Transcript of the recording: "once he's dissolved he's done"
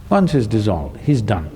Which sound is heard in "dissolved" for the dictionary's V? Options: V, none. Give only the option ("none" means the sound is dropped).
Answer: V